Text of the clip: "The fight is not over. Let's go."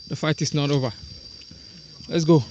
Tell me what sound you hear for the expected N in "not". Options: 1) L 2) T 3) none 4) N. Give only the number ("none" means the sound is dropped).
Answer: 4